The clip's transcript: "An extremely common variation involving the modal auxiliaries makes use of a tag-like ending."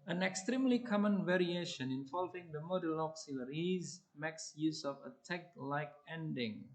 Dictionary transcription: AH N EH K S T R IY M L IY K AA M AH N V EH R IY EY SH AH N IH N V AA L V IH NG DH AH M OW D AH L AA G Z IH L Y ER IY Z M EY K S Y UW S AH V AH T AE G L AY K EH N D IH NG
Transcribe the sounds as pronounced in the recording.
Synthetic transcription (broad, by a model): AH N EH K S T R IY M L IY K AA M AH N V EH R IY EY SH AH N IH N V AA L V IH NG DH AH M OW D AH L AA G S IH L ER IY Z M EY K S Y UW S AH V AH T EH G L AY K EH N D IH NG